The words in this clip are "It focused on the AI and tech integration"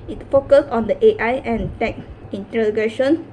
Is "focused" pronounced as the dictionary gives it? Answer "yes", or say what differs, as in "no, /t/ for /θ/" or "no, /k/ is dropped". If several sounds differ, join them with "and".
no, /t/ is dropped